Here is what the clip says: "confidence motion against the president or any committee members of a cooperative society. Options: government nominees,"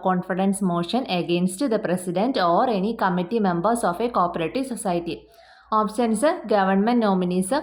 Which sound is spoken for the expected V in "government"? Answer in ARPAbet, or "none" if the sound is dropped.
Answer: V